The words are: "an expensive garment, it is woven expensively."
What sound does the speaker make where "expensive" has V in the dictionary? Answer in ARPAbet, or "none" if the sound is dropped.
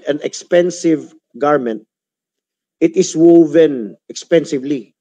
V